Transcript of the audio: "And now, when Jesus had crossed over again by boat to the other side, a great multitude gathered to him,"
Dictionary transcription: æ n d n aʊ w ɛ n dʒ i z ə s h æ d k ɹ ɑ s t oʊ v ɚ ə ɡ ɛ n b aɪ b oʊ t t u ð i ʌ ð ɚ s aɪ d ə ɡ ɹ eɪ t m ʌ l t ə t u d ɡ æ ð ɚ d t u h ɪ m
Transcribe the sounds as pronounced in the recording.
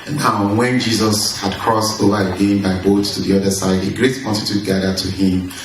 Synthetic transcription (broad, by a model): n n aʊ w ɛ n dʒ i z ə s h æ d k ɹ ɑ s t oʊ v ɚ ə ɡ ɛ n b aɪ b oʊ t t u ð i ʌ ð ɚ s aɪ d ə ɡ ɹ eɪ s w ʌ n t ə t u ɡ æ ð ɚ t u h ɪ m